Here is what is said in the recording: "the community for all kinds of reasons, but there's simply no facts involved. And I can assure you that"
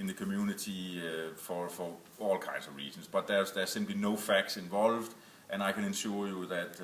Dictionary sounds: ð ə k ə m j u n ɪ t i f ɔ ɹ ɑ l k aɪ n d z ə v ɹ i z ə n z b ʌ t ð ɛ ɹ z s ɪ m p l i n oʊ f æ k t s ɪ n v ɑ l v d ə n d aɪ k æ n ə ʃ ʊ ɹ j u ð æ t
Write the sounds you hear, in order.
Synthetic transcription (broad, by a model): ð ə k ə m j u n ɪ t i f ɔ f ɑ l k aɪ n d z ə v ɹ i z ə n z b ʌ t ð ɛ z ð s ɪ m p l i n oʊ f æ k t s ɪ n v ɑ l v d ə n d aɪ k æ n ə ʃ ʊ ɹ j u ð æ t